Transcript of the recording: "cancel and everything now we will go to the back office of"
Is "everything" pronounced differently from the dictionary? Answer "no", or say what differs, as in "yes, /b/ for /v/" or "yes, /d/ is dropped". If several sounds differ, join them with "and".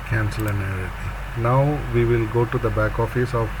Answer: yes, /v/ is dropped